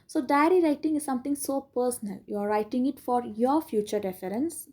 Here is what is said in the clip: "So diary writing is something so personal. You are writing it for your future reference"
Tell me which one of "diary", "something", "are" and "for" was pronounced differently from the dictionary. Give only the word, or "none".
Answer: something